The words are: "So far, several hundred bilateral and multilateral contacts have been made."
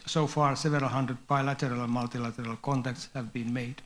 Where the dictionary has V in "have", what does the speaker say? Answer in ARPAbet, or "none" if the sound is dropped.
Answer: V